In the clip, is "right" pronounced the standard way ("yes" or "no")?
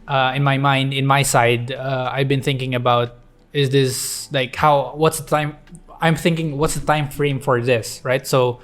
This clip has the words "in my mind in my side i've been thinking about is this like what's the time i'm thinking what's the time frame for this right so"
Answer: yes